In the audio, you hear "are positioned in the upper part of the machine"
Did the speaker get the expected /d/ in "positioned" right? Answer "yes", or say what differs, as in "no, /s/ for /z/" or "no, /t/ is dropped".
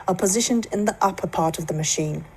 yes